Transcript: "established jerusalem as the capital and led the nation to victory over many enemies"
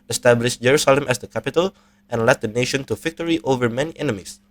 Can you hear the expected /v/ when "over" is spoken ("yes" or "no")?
yes